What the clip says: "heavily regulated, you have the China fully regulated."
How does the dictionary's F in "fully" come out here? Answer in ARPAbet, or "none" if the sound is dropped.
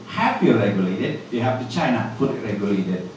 P